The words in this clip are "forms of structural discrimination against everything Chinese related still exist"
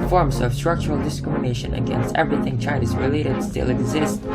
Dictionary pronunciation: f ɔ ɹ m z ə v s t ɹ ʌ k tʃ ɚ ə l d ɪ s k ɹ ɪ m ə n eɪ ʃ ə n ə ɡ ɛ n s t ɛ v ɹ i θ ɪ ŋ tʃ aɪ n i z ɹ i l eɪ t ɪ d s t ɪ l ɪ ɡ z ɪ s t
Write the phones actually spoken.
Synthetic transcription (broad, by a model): f ɔ ɹ m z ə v s t ɹ ʌ k tʃ ɚ ə l d ɪ s k ɹ ɪ m ə n eɪ ʃ ə n ə ɡ ɛ n s t ɛ v ɹ i θ ɪ ŋ tʃ aɪ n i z ɹ i l eɪ t ɪ d s t ɪ l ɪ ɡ z ɪ s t